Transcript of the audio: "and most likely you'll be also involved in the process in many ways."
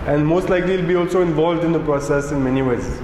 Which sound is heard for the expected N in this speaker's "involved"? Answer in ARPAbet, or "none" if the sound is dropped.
N